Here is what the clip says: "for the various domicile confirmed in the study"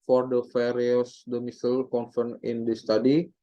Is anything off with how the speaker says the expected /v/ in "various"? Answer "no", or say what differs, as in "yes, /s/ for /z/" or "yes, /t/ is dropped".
yes, /f/ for /v/